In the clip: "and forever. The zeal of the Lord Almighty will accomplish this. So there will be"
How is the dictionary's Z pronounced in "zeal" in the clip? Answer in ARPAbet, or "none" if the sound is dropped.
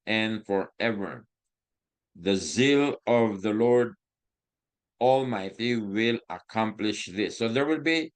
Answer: Z